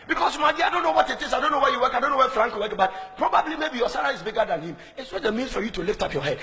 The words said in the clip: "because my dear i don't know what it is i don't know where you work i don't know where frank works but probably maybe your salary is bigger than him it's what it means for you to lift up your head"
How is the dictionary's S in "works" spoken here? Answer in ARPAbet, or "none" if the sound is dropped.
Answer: none